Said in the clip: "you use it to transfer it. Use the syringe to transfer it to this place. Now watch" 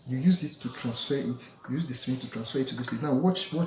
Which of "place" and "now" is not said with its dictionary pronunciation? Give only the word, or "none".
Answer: place